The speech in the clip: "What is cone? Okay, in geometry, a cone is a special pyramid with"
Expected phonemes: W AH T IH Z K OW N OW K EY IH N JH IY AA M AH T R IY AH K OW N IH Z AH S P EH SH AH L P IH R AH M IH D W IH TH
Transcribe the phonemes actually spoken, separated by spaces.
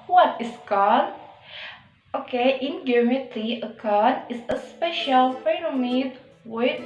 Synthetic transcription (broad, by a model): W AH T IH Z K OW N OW K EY IH N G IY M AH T IY AH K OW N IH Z AH S P EH SH AH L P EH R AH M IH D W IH